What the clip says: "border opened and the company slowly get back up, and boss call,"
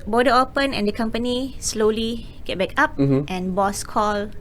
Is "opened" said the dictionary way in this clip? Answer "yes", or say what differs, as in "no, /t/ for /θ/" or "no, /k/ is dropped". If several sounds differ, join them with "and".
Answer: no, /d/ is dropped